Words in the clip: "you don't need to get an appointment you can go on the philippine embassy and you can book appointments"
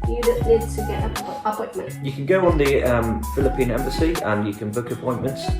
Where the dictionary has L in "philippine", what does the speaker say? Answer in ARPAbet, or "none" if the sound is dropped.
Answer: L